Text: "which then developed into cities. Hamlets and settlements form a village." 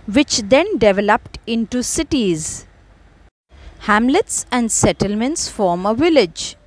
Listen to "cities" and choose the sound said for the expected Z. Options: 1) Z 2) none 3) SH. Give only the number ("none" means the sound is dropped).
1